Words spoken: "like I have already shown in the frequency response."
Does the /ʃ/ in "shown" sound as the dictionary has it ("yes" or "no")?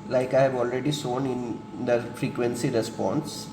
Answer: no